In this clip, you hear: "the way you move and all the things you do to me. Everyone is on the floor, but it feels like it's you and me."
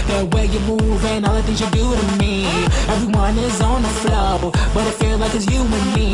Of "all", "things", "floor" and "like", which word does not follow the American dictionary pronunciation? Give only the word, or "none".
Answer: floor